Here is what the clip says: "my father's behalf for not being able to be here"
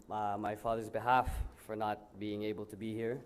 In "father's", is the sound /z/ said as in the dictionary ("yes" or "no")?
yes